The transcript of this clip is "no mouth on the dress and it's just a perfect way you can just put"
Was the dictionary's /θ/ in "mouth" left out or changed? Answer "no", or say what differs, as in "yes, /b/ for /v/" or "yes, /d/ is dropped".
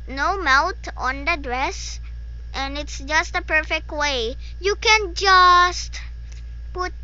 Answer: yes, /t/ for /θ/